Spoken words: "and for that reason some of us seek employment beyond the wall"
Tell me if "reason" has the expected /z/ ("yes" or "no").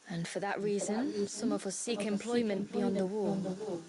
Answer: yes